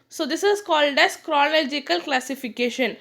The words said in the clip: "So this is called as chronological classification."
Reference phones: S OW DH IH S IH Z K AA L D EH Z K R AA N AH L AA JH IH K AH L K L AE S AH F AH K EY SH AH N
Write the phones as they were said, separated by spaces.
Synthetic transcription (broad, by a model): S OW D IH S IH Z K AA L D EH S K R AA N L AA JH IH K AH L K L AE S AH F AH K EY SH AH N